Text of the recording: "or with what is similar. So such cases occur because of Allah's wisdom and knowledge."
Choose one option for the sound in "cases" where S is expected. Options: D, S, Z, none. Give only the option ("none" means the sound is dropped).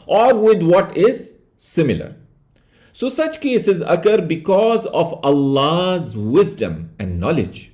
S